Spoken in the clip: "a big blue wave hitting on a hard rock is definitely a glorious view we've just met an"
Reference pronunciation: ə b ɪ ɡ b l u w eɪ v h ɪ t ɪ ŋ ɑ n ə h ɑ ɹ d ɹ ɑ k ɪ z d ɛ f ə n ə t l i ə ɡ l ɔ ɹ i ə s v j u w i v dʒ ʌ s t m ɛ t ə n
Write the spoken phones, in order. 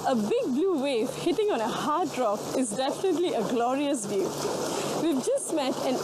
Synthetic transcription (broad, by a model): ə b ɪ ɡ b l u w eɪ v h ɪ t ɪ ŋ ɑ n ə h ɑ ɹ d ɹ ɑ k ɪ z d ɛ f ə n ə t l i ə ɡ l ɔ ɹ i ə s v j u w i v dʒ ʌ s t m ɛ t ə n